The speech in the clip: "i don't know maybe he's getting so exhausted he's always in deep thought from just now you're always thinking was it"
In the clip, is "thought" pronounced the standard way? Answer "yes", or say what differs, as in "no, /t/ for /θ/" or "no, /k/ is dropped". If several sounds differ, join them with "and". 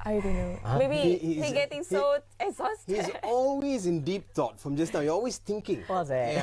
no, /t/ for /θ/